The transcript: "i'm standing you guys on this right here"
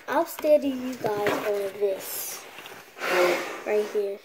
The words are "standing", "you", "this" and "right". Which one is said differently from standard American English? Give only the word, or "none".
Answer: standing